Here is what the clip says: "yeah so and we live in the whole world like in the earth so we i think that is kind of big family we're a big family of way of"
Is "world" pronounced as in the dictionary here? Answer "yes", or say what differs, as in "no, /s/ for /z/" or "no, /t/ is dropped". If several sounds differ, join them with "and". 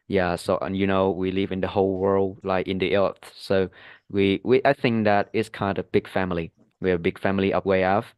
yes